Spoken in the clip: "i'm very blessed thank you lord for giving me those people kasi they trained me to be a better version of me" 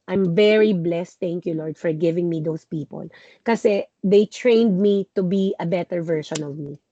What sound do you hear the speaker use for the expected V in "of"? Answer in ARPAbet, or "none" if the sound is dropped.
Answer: V